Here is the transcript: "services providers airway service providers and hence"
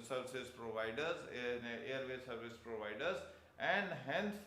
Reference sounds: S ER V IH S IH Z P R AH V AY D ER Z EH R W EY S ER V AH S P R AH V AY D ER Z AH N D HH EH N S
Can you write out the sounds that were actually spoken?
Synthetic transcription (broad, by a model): S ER V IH S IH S P R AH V AY D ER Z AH R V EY S ER V AH S P R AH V AY D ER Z AH N D HH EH N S